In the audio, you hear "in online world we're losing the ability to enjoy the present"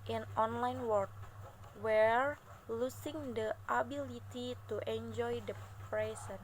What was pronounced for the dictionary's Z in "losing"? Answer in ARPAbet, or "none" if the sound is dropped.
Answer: S